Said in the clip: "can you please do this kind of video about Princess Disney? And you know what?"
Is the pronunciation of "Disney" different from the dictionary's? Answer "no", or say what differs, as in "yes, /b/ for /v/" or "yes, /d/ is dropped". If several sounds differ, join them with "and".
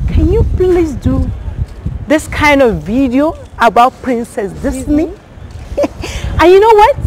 yes, /s/ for /z/